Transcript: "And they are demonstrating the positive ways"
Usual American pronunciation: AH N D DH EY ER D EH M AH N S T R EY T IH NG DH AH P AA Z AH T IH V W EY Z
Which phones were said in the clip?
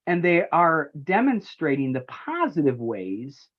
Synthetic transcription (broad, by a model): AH N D DH EY ER D EH M AH N S T R EY T IH NG DH AH P AA Z AH T IH V W EY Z